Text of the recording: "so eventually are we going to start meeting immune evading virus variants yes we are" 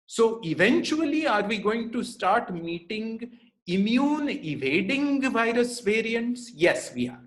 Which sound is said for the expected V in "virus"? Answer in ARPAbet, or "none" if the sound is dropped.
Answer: V